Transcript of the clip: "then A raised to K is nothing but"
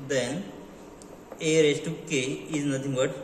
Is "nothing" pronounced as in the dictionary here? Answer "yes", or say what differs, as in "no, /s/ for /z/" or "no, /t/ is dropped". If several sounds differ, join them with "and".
no, /t/ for /θ/